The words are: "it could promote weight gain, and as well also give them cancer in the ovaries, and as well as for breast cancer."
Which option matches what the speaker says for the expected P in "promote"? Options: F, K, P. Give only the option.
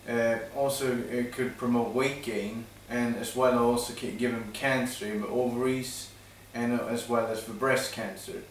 P